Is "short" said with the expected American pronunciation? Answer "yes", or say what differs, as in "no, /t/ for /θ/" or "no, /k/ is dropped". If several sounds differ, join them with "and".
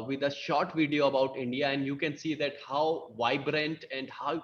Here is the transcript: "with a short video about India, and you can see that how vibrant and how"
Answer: yes